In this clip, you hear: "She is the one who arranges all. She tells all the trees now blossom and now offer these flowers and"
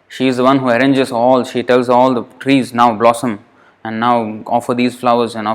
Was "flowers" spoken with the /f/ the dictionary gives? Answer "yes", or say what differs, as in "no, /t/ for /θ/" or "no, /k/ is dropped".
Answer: yes